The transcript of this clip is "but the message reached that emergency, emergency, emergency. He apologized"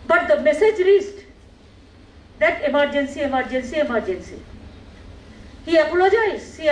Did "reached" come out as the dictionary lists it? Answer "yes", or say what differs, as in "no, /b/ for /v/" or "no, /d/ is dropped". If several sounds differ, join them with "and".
no, /s/ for /tʃ/